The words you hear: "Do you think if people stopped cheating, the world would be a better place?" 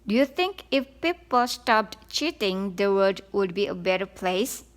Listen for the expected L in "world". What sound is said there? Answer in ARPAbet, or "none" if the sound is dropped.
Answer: none